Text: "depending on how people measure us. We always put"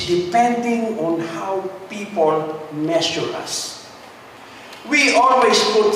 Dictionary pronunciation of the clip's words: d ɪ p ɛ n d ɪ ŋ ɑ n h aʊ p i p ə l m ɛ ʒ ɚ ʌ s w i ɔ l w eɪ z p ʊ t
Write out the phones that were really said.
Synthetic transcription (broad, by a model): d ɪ p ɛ n d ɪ ŋ ɑ n h aʊ p i p ə l m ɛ s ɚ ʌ s w i ɔ l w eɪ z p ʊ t